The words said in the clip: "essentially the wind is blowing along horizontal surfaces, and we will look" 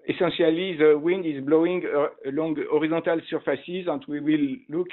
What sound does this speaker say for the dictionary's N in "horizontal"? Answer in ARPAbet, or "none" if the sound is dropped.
none